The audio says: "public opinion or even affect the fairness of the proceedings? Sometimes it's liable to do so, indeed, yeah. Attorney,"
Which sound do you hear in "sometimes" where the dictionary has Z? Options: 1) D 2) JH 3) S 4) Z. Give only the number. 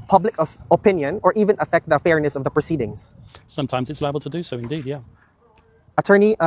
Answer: 4